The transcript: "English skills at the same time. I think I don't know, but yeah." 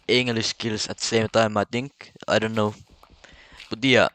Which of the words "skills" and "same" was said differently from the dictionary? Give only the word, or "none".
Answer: skills